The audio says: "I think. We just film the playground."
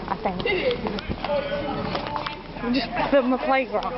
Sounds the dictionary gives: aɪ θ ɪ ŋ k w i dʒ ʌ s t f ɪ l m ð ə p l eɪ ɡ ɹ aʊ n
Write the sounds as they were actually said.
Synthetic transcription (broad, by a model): aɪ θ ɪ ŋ k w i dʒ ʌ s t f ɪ m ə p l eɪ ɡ ɹ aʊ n